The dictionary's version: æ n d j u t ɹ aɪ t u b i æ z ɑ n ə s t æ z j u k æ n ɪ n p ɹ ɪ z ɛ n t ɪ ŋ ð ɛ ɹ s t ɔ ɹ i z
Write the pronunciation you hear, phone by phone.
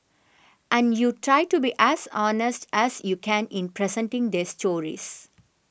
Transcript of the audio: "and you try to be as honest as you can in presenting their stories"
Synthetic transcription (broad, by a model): æ n d j u t ɹ aɪ t u b i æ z ɑ n ə s t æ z j u k æ n ɪ n p ɹ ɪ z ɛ n t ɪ ŋ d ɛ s t ɔ ɹ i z